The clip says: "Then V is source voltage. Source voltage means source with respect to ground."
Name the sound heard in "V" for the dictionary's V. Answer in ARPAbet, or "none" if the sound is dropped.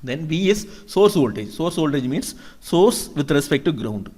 V